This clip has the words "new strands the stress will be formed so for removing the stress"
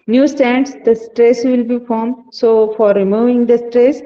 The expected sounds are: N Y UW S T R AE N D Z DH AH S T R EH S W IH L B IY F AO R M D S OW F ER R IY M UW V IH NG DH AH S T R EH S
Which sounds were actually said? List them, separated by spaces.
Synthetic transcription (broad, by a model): N Y UW S T AE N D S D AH S T R EH S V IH L B IY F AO R M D S OW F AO R IY M UW V IH NG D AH S T R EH S